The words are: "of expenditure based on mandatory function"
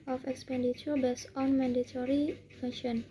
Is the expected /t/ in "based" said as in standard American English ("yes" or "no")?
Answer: no